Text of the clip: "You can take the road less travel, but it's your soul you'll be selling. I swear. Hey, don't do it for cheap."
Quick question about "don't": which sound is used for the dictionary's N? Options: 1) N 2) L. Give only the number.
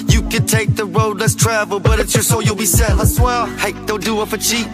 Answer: 2